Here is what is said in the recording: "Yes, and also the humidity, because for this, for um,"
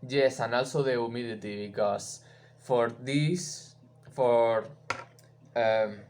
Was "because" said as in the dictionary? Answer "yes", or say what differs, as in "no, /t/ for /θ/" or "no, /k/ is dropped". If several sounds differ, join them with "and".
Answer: no, /s/ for /z/